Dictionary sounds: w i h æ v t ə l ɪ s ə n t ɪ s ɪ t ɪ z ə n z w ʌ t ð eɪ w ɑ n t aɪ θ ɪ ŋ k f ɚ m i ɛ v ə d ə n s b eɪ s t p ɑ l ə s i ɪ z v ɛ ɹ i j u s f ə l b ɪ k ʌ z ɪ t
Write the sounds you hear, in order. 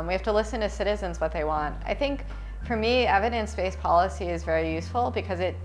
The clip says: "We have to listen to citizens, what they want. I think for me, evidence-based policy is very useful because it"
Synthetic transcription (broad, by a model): w i h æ f t ə l ɪ s ə n t ɪ s ɪ t ɪ z ə n z w ʌ t ð eɪ w ɑ n t aɪ θ ɪ ŋ k f ɚ m i ɛ v ə d ə n s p eɪ s p ɑ l ə s i ɪ z v ɛ ɹ i j u s f l b ɪ k ʌ z ɪ t